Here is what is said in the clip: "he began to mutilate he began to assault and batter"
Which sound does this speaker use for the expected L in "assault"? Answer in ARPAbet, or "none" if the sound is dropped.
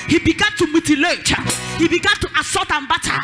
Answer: none